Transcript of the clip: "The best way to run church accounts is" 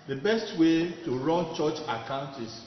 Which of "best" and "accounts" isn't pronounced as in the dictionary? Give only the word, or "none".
accounts